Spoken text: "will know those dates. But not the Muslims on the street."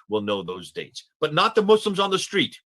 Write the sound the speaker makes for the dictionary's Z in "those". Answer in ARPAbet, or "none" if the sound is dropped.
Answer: Z